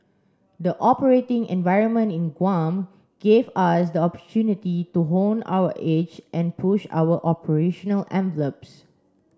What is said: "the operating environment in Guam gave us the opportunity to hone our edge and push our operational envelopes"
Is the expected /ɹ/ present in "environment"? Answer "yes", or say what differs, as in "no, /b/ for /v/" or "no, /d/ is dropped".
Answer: yes